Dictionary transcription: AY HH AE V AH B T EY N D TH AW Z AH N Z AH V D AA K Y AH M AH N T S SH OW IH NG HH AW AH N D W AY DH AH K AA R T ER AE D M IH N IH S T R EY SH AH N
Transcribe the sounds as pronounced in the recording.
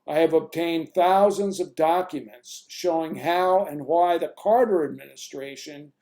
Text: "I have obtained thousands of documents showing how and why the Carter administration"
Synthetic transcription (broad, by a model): AY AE V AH B T EY N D TH AW Z AH N Z AH V D AA K Y AH M AH N T S SH OW IH NG HH AW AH N W AY DH AH K AA R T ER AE D M IH N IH S T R EY SH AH N